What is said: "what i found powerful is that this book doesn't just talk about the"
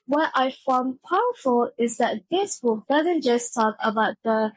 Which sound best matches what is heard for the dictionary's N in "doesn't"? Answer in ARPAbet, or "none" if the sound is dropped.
N